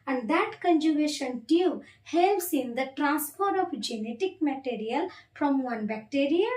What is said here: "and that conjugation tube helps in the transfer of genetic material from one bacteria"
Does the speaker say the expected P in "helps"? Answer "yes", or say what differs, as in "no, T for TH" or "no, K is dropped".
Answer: no, P is dropped